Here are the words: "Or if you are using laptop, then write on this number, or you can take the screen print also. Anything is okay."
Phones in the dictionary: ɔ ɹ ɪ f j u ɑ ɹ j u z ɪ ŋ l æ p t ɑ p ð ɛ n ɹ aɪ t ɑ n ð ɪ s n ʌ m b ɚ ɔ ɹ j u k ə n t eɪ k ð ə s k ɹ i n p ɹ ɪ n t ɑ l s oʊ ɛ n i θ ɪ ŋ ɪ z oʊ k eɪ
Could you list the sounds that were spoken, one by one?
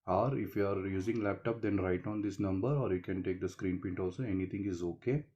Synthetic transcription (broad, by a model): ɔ ɹ ɪ f j u ɑ ɹ j u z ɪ ŋ l æ p t ɑ p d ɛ n ɹ aɪ t ɑ n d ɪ s n ʌ m b ɚ ɔ ɹ j u k ə n t eɪ k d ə s k ɹ i n p ɪ n t ɑ l s oʊ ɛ n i t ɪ ŋ ɪ z oʊ k eɪ